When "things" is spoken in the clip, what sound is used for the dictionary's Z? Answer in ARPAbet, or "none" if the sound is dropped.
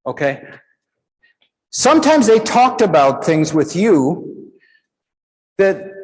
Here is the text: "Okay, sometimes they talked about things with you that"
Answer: Z